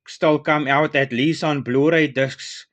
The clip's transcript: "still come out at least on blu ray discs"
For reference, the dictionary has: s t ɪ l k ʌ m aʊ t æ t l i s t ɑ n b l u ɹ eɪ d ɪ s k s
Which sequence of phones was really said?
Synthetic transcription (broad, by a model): s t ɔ l k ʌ m aʊ t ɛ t l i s ɑ n b l u ɹ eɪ d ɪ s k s